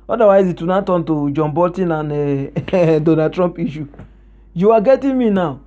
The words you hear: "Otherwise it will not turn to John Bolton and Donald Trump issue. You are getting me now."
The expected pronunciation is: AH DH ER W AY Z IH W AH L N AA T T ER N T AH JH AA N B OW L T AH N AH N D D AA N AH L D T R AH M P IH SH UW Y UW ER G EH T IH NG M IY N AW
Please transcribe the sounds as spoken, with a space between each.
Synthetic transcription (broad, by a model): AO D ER W AY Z IH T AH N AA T T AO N T AH JH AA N B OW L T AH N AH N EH D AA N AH D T R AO M P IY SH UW Y UW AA G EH T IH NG M IY N AW